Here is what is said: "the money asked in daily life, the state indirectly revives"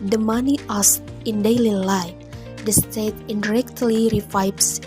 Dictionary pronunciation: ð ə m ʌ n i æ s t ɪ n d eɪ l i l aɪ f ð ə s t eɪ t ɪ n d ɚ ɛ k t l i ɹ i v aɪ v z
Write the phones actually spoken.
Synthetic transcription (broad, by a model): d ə m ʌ n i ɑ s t ɪ n d eɪ l i l aɪ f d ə s t eɪ t ɪ n d ɚ ɛ k t l i ɹ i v aɪ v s